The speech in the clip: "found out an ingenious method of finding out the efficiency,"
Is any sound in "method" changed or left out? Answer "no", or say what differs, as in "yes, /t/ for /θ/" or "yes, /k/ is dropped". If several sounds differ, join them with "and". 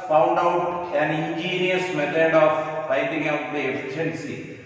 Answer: yes, /t/ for /θ/